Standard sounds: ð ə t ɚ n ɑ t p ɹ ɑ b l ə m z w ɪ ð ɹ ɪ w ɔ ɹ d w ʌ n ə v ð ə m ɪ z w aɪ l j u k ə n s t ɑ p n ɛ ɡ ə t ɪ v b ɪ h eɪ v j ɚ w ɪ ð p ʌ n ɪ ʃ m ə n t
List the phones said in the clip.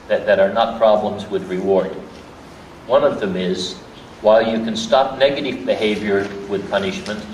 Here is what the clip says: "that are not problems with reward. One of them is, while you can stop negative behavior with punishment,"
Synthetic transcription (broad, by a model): ð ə t ɚ n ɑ t p ɹ ɑ b l ə m z w ɪ ð ɹ ɪ w ɔ ɹ d w ʌ n ə v ð ə m ɪ z w aɪ l j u k ə n s t ɑ p n ɛ ɡ ə t ɪ v b ɪ h eɪ v j ɚ w ɪ ð p ʌ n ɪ ʃ m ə n t